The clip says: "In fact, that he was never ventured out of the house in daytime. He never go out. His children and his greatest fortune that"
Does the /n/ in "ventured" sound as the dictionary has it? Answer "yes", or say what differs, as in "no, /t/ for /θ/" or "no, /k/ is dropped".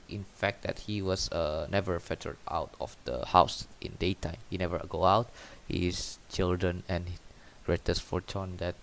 no, /n/ is dropped